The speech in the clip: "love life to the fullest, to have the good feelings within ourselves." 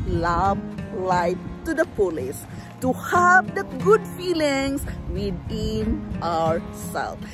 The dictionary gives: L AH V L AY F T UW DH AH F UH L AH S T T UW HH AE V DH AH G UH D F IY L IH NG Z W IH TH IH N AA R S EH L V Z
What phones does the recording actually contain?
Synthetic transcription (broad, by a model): L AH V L AY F T UW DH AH P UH L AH S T T UW HH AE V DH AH G UH D F IY L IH NG S W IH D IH N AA R S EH L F